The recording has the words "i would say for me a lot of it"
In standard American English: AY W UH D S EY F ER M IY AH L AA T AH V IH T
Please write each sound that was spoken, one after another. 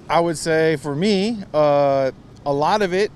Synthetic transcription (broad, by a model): AY W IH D S EY F ER M IY AH L AA T AH V IH T